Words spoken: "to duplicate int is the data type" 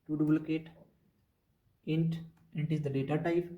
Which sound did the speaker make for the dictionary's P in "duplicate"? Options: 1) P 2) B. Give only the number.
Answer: 2